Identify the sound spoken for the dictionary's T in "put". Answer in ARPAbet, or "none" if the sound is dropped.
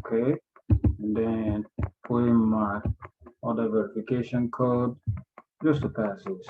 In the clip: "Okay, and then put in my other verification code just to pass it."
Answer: none